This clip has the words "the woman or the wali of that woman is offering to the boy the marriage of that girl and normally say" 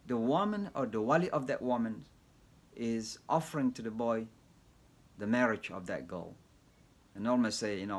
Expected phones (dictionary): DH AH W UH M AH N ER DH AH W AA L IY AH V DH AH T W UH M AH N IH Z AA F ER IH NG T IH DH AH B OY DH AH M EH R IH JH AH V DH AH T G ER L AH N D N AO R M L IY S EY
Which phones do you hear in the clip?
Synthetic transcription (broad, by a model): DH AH W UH M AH N ER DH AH W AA L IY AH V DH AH T W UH M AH N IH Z AA F ER IH NG T IH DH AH B OY DH AH M EH R IH JH AH V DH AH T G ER L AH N N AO L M IY S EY